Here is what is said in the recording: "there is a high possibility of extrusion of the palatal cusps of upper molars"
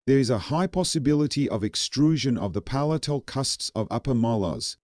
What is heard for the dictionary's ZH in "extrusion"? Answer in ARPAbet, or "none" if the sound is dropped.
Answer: ZH